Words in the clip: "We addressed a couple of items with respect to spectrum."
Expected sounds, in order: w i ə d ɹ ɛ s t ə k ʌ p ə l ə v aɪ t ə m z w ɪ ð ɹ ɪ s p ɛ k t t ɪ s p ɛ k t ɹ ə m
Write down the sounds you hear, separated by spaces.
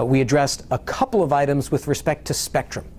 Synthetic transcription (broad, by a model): w i ə d ɹ ɛ s t ə k ʌ p l ə v aɪ t ə m z w ɪ ð ɹ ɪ s p ɛ k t t ɪ s p ɛ k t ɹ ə m